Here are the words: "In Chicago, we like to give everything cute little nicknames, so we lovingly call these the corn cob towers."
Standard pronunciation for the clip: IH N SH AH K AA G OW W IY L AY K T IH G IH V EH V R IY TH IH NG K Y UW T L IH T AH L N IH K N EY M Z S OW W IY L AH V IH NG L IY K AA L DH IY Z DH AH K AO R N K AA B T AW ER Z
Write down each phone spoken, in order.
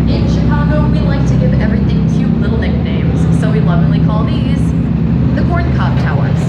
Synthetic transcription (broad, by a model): IH N SH AH K AA G OW W IY L AY K T IH G IH V EH V R IY TH IH NG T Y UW L IH T L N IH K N EY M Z S OW W IY L AH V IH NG L IY K AA L DH IY Z DH AH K AO R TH K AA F T AW ER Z